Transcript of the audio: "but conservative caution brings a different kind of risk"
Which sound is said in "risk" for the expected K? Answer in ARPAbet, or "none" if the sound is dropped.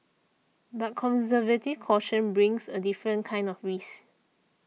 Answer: none